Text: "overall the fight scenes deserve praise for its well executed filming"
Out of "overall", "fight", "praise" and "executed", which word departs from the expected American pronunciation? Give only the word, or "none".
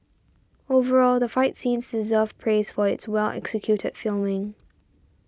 none